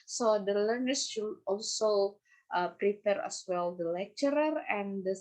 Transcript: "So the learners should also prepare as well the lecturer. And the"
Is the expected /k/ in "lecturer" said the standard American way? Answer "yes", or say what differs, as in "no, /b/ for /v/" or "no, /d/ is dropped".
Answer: yes